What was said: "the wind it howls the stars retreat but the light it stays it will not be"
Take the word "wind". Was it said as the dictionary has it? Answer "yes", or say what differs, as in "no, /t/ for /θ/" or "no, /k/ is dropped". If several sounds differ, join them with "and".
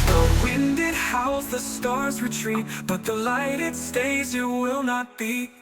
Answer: yes